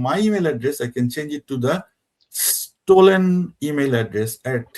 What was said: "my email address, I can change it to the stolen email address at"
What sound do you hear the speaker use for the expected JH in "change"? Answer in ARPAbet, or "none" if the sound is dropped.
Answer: JH